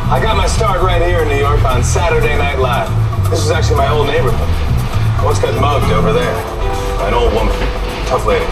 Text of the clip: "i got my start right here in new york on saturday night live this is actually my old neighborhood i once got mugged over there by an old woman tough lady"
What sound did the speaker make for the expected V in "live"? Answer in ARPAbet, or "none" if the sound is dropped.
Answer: F